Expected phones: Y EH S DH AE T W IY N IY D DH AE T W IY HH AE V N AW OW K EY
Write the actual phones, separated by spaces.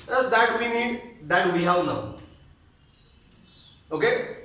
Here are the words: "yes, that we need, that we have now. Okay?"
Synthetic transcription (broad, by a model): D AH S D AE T W IY N IY D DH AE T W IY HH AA W N AW OW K EY